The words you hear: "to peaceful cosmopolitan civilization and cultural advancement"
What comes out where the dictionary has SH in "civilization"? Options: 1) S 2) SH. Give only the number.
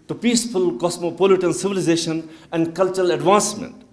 2